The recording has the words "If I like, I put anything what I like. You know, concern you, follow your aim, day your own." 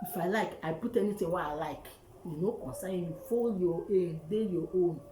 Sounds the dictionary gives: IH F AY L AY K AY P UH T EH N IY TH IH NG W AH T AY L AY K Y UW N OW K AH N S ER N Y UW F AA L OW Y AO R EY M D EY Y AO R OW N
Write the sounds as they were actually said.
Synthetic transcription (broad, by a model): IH F AY L AY K AY P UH T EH N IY T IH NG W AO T AY L AY K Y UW N OW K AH N S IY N Y UW F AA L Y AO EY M D EY Y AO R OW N